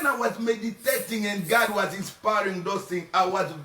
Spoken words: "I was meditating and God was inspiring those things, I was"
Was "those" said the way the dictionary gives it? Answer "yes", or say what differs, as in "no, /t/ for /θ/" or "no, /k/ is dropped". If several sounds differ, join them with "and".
no, /z/ is dropped